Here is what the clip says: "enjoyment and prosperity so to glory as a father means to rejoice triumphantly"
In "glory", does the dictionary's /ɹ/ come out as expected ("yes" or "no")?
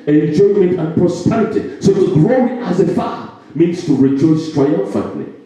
no